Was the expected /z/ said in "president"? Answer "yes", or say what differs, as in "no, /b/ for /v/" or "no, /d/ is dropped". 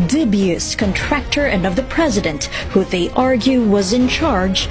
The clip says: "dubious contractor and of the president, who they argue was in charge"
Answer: yes